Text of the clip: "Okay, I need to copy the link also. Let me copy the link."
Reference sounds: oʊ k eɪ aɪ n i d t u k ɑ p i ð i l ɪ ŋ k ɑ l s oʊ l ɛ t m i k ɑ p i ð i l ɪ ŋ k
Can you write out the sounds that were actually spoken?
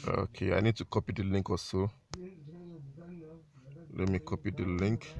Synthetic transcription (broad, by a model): oʊ k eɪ aɪ n i d t u k ɑ p i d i l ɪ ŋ k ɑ s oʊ l ɛ t m i k ɑ p i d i l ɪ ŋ k